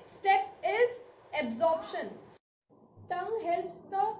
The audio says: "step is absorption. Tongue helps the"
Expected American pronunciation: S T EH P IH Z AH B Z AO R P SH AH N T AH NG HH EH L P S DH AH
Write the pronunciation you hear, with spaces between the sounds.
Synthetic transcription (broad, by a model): S T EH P IH Z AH B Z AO R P SH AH N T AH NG HH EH L S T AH